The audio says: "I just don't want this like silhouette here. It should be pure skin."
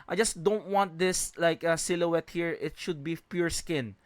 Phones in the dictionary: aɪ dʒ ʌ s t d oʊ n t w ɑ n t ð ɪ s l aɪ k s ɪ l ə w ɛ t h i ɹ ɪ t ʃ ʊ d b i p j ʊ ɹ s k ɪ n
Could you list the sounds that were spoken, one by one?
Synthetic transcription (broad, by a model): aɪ dʒ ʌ s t d oʊ n t w ɑ n t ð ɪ s l aɪ k s ɪ l ə w ɛ t h i ɹ ɪ t ʃ ʊ d b i p j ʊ ɹ s k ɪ n